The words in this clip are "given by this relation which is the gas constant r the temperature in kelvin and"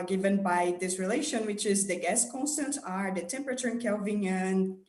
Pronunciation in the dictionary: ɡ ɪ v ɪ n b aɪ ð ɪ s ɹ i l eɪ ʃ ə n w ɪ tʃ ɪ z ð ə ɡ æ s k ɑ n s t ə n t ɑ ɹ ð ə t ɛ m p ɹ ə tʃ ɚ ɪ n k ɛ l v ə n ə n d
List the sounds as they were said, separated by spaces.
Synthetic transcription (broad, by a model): ɡ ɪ v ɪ n b aɪ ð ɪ s ɹ i l eɪ ʃ ə n w ɪ tʃ ɪ z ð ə ɡ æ s k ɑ n s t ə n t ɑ ɹ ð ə t ɛ m p ɹ ə tʃ ɚ ɪ n k ɛ l v ə n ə n